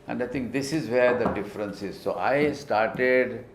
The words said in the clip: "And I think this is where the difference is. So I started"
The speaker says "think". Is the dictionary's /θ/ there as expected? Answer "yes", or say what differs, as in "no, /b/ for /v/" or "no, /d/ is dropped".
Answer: no, /t/ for /θ/